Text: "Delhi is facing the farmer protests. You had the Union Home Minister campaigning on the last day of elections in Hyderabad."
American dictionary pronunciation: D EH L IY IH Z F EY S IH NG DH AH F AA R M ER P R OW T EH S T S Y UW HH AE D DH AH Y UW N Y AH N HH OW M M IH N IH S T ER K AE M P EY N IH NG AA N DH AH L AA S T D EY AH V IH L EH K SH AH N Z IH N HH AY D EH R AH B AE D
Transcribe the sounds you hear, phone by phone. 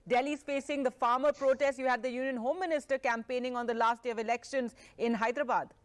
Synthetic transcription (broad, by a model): D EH L IY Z F EY S IH NG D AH F AA R M ER P R OW T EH S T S Y UW HH AE D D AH Y UW N Y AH N HH OW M M IH N IH S T ER K AE M P EY N IH NG AA N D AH L AA S T D EY AH V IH L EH K SH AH N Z IH N HH AY D R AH B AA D